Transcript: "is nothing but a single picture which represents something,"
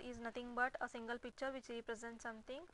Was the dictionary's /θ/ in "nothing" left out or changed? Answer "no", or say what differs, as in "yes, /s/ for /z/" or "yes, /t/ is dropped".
yes, /t/ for /θ/